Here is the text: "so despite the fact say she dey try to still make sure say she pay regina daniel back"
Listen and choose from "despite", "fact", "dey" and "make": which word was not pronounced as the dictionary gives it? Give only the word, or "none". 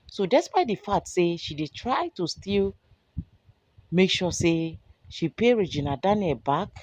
fact